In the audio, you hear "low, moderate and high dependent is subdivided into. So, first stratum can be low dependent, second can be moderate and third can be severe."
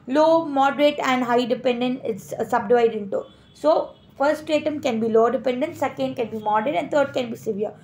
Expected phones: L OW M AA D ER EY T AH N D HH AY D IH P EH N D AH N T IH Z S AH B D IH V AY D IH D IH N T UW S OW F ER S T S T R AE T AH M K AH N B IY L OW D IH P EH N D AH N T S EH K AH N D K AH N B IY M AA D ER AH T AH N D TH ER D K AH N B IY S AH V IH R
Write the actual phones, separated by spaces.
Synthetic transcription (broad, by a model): L OW M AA D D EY T AH N D HH AY D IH P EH N D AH N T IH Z S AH B D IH V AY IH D IH N T UW S OW F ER T S T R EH T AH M K AH N B IY L OW D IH P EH N D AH N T S EH K AH N D K AH N B IY M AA D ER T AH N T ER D K AH N B IY S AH V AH R